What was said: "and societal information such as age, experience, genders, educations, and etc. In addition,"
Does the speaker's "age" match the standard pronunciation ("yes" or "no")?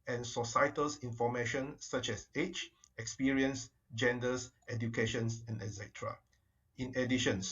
no